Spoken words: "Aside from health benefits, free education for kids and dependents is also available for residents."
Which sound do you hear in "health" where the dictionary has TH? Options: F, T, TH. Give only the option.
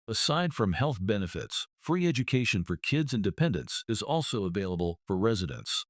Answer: TH